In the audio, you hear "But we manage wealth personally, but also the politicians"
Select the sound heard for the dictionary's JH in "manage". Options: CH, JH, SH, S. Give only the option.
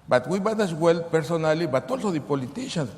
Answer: CH